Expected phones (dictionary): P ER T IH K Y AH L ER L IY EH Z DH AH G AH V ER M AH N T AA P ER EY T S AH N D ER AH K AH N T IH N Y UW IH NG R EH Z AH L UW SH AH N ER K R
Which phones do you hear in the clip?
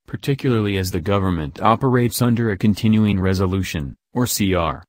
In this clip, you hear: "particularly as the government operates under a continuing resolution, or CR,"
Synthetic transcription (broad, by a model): P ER T IH K Y L ER L IY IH Z DH AH G AH V ER M AH N T AA P ER EY T S AH N D ER AH K AH N T IH N Y UW IH NG R EH Z AH L UW SH AH N ER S R